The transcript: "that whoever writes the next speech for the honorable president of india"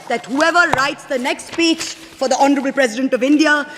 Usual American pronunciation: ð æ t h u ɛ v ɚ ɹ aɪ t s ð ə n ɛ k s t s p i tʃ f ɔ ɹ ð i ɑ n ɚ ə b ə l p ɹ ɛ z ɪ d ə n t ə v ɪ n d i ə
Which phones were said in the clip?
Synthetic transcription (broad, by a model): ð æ t h u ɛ v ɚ ɹ aɪ t s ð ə n ɛ k s t s p i tʃ f ɔ ɹ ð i ɑ n ɚ ə b ə l p ɹ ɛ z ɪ d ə n t ə v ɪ n d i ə